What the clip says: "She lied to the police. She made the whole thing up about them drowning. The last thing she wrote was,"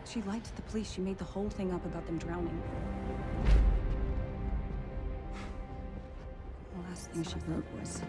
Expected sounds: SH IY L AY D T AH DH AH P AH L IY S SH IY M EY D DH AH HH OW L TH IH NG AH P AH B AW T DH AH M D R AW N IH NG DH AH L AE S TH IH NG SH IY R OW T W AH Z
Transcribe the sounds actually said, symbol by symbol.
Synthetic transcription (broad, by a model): SH IY L AY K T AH DH AH P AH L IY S SH IY M EY D DH AH HH OW L TH IH NG AH P AH B AW T DH AH M D R AW N IH NG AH L AE S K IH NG SH IY L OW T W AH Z